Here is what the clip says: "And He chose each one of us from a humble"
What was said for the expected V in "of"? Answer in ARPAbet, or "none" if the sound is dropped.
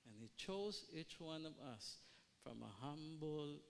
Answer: V